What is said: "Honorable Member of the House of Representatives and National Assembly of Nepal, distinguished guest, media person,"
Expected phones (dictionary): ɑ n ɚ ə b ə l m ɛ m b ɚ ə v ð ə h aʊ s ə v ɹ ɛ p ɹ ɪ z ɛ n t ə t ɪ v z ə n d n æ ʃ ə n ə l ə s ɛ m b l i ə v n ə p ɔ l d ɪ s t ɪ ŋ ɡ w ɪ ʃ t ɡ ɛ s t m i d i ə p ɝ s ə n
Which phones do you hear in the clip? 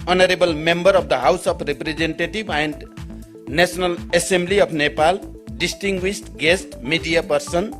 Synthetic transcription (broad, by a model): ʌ n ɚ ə b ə l m ɛ m b ɚ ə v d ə h aʊ s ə p ɹ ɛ p ɹ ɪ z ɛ n t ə t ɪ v ə n d n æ s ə n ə l ə s ɛ m b l i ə p n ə p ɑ l d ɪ s t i ŋ ɡ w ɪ s t ɡ ɛ s t m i d i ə p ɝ s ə n